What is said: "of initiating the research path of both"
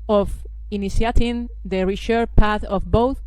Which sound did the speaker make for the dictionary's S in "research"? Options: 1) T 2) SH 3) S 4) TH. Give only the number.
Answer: 2